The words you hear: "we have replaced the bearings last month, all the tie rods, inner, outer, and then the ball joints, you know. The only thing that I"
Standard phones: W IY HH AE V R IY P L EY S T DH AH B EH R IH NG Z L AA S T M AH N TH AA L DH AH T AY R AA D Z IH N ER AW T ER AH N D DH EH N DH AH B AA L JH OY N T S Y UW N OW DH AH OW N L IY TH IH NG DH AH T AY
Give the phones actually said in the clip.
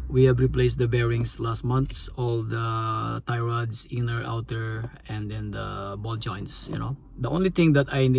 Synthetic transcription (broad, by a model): W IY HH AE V R IY P L EY S T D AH B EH R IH NG S L AA S T M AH N S AA L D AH T AY R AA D S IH N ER AW T ER AH N D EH N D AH B AA L JH OY N T S Y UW N OW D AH OW N L IY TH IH NG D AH T AY